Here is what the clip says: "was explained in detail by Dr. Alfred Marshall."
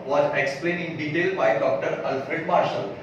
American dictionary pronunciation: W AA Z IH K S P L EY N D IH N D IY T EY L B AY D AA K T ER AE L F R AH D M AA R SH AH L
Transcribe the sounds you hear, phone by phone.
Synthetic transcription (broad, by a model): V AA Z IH K S P L EY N IH N D IY T EY L B AY D AA K T ER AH L F R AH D M AA R SH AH L